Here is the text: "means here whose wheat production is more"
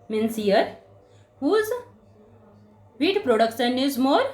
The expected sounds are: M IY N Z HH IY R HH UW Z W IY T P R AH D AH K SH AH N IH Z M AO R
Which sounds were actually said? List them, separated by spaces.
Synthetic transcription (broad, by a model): M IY N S HH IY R HH UW Z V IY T P R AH D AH K S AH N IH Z M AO R